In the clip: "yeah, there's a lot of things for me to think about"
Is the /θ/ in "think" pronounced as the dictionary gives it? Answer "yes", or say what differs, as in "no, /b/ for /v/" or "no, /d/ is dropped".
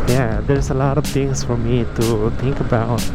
no, /t/ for /θ/